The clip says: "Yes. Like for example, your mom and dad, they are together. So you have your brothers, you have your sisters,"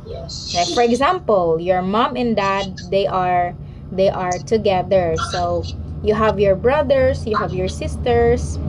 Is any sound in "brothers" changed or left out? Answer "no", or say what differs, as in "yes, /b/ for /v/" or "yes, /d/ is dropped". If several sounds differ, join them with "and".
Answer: yes, /s/ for /z/